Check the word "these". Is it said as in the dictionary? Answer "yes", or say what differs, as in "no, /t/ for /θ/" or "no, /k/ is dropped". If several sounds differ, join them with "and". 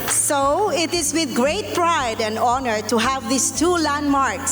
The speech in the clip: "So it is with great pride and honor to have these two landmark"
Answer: no, /s/ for /z/